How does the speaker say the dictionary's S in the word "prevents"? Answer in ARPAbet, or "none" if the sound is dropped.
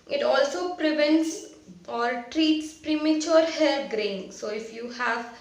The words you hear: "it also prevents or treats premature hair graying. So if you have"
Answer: S